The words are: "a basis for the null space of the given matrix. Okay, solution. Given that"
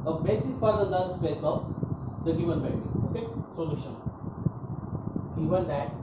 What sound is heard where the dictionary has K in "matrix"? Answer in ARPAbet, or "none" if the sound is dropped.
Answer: none